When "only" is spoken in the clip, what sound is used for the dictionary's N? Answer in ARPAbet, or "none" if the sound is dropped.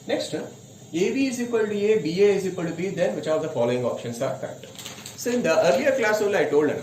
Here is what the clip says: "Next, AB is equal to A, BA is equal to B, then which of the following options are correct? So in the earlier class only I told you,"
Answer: none